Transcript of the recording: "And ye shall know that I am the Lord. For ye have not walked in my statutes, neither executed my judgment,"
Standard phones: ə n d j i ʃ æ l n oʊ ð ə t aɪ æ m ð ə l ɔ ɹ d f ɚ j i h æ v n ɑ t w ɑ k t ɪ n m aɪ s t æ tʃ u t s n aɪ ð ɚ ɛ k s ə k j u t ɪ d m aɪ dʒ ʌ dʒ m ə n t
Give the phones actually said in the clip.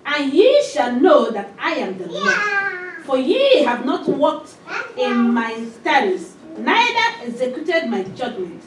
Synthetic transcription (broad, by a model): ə n j i ʃ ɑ l n oʊ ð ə t aɪ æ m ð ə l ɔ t f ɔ j i h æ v n ɑ t w ɑ k t ɪ n m aɪ s t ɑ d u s n aɪ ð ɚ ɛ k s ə k j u t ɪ d m aɪ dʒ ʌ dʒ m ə n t